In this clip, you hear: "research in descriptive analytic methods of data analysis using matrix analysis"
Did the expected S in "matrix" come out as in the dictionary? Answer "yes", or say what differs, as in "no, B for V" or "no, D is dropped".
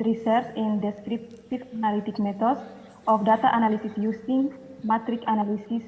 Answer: no, S is dropped